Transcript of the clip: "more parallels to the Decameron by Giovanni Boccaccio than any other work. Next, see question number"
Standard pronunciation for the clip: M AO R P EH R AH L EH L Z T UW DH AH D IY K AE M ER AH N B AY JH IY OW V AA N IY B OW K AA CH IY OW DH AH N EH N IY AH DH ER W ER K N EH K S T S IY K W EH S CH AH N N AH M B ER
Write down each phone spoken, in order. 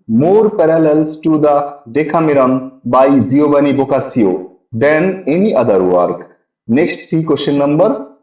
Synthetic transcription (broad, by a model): M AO R P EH R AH L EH L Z T UW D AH D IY K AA M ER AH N B AY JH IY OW B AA N IY B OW K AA S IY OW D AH N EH N IY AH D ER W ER K N EH K S T S IY K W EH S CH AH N N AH M B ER